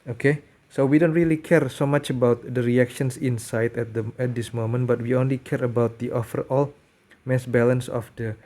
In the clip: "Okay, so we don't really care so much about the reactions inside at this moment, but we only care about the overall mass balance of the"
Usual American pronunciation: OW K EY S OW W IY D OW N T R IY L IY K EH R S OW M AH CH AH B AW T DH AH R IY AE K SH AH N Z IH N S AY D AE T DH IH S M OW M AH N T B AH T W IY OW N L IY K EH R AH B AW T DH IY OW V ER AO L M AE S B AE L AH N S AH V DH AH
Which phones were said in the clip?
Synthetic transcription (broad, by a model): OW K EY S OW W IY D OW N T R IY L IY K EH R S OW M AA CH AH B AW T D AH R IY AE K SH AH N S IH N S AY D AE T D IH S M OW M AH N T B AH T W IY OW N L IY K EH R AH B AW T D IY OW F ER AO L M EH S B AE L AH N S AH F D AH